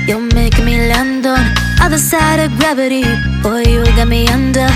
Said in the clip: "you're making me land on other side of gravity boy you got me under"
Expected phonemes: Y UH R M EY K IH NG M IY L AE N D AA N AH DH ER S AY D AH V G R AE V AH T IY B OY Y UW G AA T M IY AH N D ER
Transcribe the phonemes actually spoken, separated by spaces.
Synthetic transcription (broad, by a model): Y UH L M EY IH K M IY L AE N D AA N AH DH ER S AY D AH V G R AE V AH T IY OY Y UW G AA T M IY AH N D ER